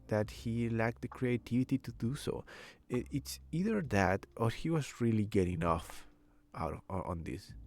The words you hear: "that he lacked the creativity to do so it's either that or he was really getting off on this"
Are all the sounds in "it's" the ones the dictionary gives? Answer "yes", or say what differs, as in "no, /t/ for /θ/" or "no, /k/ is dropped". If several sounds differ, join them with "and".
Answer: yes